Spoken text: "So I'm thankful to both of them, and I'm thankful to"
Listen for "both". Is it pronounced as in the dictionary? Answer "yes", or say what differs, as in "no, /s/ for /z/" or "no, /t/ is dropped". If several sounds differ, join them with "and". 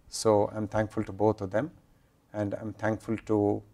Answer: no, /t/ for /θ/